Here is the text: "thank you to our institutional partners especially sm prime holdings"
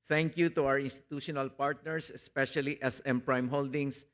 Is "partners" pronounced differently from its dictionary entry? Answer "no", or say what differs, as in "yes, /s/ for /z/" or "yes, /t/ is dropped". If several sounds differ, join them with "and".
yes, /s/ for /z/